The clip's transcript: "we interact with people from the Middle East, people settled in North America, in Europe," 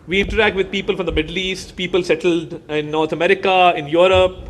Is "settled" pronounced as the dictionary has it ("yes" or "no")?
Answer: yes